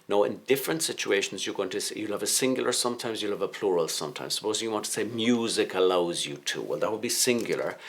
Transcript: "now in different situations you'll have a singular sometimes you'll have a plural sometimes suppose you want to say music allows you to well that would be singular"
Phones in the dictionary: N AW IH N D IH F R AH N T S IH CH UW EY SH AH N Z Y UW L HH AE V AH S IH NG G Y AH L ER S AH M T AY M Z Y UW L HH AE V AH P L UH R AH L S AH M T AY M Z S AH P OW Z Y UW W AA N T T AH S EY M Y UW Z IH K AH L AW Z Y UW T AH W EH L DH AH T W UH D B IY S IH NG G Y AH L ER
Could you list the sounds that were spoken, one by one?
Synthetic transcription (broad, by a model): N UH IH N D IH F R AH N T S IH CH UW EY SH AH N Z Y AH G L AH V AH S IH NG G Y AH L ER S AH M T AY M Z Y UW L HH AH V AH P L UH R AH L S AH M T AY M Z S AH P OW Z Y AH W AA N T T AH S EY M Y UW Z IH K AH L AW Z Y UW T AH W EH L DH AH T W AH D B IY S IH NG G Y L ER